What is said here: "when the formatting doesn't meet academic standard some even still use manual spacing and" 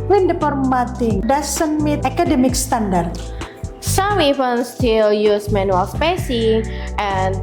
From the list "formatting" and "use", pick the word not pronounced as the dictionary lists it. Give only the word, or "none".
formatting